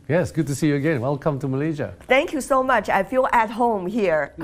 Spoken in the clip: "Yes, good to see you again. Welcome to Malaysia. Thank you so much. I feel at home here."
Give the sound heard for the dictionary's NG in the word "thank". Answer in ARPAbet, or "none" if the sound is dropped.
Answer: NG